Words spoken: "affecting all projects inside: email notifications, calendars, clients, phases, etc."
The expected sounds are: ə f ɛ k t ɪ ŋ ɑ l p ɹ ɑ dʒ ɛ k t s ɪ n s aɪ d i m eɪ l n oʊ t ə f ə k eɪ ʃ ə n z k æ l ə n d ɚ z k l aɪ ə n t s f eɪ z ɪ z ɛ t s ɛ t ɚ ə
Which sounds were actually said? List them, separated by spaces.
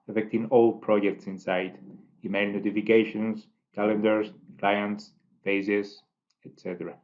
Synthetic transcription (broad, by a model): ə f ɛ k t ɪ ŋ ɑ l p ɹ ɑ dʒ ɛ k t s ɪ n s aɪ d i m eɪ l n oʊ t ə f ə k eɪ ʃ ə n s k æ l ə n d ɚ s k l aɪ ə n t s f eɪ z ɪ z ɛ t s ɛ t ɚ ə